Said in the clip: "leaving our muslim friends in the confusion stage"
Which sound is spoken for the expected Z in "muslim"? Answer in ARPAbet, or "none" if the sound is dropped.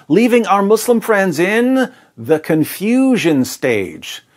S